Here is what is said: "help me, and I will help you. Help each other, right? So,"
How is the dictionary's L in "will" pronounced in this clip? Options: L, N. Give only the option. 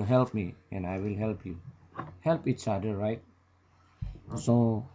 L